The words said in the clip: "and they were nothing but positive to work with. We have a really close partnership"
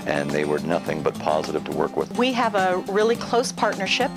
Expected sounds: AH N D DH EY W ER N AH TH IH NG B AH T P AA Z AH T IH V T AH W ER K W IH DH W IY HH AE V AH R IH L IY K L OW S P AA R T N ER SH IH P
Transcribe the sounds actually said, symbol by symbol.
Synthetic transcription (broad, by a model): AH N DH EY W ER N AH TH IH NG B AH T P AA Z AH T IH V T AH W ER K W IH DH W IY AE V AH R IH L IY K L OW S P AA R T N ER SH IH P